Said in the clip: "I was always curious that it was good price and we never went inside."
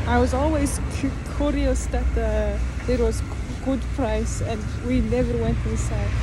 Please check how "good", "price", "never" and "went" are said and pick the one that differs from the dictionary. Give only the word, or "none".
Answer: none